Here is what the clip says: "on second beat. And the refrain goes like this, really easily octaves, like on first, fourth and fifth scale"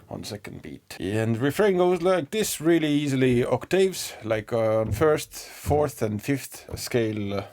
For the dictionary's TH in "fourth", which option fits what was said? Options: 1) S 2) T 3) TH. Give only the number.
3